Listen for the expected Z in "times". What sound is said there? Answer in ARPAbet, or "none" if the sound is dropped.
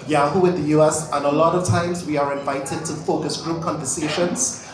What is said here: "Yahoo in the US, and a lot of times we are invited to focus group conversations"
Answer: Z